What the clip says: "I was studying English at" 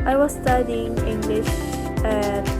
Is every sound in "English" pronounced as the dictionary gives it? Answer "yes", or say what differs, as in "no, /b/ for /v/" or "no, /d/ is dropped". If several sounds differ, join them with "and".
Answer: yes